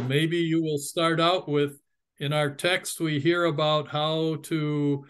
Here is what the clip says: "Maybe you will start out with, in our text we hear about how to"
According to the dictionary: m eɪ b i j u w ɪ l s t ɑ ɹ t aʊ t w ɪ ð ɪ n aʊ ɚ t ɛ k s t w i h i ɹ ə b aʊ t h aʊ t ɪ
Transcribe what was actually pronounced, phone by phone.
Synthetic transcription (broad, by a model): m eɪ b i j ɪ w ɪ l s t ɑ ɹ t aʊ t w ɪ ð ɪ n aʊ ɚ t ɛ k s t w i h i ɹ ə b aʊ t h aʊ t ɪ